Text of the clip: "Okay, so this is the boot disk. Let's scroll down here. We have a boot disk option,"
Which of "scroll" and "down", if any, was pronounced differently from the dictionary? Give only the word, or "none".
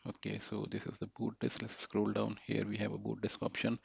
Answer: none